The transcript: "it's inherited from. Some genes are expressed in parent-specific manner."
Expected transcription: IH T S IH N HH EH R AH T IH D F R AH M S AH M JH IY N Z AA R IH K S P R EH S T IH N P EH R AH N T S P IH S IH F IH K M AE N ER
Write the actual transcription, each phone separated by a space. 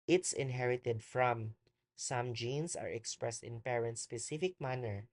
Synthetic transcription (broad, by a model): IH T S IH N HH EH R AH T IH D F R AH M S AH M JH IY N S AA R IH K S P R EH S T IH N P EH R AH N T S P IH S IH F IH K M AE N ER